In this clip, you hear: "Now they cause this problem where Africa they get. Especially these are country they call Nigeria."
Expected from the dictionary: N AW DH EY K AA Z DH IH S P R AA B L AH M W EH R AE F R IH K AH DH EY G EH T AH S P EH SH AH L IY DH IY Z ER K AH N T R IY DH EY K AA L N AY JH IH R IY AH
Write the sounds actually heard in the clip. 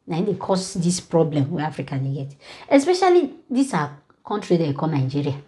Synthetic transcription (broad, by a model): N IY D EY K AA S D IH S P R AA B L AH M W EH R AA F R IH K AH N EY G EH T AH S P EH SH AH L IY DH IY S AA K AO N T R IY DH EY K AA N AY JH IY R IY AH